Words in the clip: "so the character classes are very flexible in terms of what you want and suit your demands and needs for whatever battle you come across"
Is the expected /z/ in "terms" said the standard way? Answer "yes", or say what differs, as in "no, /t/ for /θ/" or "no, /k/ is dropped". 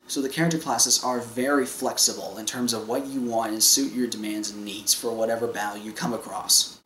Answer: yes